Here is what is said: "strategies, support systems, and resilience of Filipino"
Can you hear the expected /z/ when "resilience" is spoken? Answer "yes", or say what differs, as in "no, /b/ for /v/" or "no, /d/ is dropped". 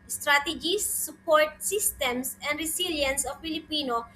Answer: no, /s/ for /z/